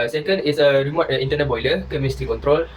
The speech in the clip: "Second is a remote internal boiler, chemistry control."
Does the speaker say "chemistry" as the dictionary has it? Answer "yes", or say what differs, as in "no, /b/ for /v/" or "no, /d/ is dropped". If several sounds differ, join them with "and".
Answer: no, /ɹ/ is dropped